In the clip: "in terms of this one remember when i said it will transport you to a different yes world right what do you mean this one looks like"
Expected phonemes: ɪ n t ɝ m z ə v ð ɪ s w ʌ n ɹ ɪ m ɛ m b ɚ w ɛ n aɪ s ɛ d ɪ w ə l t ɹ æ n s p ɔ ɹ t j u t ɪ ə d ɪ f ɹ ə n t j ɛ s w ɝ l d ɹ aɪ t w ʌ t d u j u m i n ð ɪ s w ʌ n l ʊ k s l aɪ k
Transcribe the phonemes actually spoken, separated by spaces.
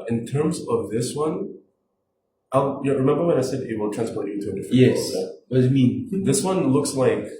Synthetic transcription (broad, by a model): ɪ n t ɝ m z ə v ð ɪ s w ʌ n ɹ ɪ m ɛ m b ɚ w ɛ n aɪ s ɛ d ɪ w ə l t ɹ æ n s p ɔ ɹ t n t ɪ ə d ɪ f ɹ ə j ɛ s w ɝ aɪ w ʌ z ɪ m i n ð ɪ s w ʌ n l ʊ k s l aɪ k